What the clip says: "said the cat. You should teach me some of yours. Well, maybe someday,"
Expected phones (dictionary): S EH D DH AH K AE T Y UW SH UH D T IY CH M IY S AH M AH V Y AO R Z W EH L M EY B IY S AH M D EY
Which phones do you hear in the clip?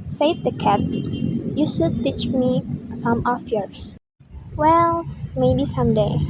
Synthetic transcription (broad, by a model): S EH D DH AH K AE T Y UW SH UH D T IY CH M IY S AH M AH F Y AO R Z W EH L M EY B IY S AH M D EY